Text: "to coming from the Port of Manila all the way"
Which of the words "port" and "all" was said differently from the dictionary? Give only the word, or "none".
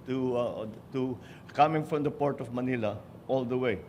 none